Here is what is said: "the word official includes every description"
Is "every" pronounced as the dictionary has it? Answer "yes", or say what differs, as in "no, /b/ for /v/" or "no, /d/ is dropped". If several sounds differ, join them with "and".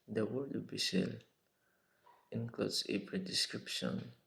no, /p/ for /v/